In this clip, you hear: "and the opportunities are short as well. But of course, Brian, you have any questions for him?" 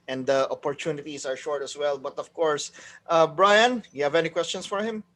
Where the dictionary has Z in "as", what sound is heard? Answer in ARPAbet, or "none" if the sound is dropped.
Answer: S